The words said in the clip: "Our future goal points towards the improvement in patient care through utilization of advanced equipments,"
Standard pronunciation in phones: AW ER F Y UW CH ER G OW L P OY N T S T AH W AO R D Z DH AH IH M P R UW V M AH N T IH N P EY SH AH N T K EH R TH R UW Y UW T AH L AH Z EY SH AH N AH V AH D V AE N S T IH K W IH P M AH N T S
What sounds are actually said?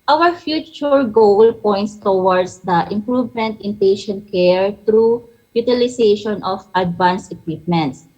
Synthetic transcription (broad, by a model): AW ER F Y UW CH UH G OW L P OY N T S T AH W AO R D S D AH IH M P R UW V M AH N T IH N P EY SH AH N T K EH R T R UW Y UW T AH L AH S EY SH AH N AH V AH D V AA N S IH K W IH P M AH N T S